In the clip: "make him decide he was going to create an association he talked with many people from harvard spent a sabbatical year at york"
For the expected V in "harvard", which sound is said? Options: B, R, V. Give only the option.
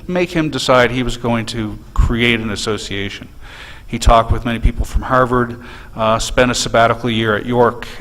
V